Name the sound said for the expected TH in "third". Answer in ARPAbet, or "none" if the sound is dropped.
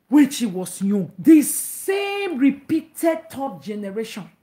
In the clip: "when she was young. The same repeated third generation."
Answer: T